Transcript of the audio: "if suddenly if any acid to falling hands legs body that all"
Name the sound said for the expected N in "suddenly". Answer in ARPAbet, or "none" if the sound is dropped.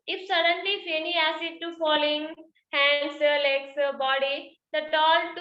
N